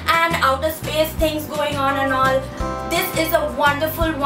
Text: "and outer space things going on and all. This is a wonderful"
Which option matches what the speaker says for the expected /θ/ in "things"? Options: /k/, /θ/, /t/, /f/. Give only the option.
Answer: /t/